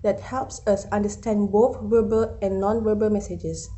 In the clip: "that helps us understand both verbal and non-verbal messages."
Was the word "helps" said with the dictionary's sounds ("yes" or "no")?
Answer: yes